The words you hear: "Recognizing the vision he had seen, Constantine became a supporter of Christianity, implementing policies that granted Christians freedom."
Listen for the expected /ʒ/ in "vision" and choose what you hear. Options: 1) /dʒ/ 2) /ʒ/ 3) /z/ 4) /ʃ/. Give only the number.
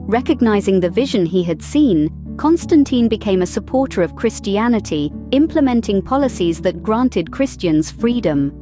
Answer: 2